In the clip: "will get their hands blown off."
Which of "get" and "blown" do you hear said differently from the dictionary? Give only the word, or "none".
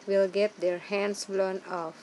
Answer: none